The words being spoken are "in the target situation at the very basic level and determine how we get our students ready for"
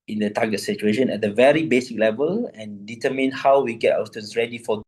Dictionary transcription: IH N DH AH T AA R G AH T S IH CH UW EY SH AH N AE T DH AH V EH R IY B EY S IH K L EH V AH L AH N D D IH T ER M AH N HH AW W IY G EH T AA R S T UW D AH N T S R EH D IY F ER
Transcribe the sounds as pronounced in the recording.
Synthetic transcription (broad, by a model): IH N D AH T AA G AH T S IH CH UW EY SH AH N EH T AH V EH R IY B EY S IH K L EH V AH L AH N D D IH T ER M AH N HH AW W IY G EH T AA W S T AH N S R EH D IY F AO